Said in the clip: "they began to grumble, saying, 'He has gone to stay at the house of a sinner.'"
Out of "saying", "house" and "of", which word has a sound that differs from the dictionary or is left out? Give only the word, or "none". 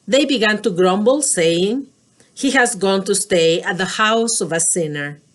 none